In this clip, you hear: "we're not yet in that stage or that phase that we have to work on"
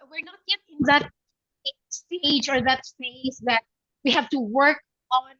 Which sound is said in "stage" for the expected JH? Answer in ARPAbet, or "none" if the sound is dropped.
JH